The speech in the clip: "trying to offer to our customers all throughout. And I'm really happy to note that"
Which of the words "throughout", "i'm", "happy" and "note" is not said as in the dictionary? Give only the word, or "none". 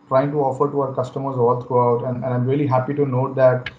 throughout